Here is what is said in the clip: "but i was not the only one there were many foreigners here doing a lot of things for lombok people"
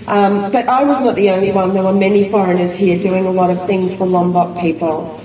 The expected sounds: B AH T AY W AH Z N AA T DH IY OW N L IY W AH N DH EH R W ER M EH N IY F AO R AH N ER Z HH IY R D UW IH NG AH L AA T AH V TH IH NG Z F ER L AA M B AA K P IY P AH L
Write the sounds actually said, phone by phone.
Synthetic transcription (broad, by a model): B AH T AY W AH Z N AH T DH IY OW N L IY W AH N DH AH W ER M EH N IY F AO R AH N ER Z HH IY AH D UW IH NG AH L AA T AH V TH IH NG Z F ER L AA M B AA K P IY P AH L